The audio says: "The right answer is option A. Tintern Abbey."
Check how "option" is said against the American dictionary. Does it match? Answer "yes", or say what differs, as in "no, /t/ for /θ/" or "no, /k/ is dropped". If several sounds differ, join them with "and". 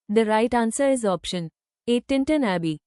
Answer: yes